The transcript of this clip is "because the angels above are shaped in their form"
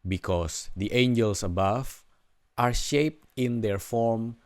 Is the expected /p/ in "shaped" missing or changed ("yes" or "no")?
no